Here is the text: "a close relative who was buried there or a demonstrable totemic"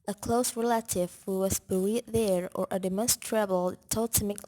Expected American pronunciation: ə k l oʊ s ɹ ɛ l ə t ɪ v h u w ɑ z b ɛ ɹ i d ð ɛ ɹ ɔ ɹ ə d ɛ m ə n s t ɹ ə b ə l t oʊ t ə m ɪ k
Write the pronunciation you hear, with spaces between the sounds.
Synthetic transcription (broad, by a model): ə k l oʊ s ɹ ɛ l ə t ɪ v h u w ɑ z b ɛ l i ð ɛ ɹ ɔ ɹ ə d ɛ m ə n s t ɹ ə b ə l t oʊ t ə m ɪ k